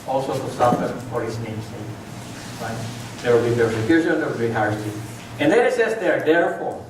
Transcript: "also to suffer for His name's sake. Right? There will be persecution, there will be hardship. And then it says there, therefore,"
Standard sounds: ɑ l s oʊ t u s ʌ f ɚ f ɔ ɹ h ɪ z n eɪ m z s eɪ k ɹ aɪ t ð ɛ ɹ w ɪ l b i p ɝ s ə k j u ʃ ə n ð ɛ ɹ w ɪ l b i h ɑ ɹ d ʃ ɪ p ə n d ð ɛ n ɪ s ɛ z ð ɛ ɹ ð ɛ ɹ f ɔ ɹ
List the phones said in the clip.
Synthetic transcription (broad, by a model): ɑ l s oʊ t u s ʌ f ɚ f ɔ ɹ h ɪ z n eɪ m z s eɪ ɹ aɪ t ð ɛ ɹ w ɪ l b i p ɝ s ə k j u ʃ ə n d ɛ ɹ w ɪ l b i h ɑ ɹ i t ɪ ə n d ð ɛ ɪ s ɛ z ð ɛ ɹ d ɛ ɹ f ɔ ɹ